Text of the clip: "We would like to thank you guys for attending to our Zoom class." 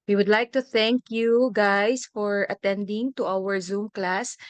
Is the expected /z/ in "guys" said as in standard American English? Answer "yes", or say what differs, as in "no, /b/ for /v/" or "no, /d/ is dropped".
no, /s/ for /z/